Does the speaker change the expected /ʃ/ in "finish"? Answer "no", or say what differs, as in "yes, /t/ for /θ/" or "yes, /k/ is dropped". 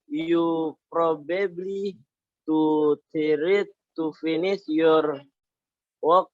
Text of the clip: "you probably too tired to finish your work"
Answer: yes, /s/ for /ʃ/